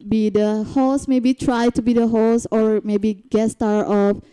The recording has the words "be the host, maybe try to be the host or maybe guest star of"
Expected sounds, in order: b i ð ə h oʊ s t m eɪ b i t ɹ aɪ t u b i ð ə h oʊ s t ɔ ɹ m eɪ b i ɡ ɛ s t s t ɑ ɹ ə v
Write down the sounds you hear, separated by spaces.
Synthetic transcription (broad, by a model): b i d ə h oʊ s m eɪ b i t ɹ aɪ t u b i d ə h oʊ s ɔ ɹ m eɪ b i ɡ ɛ t s t ɑ ɹ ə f